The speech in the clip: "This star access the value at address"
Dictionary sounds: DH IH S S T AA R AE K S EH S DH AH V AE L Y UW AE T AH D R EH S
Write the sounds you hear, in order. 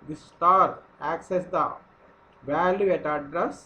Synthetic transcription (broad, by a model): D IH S S T AA R AE K S EH S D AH V AE L Y UW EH T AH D R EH S